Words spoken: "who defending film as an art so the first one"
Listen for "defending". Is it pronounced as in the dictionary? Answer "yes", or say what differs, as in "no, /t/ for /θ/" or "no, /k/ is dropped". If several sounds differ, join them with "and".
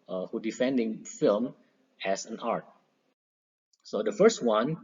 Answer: yes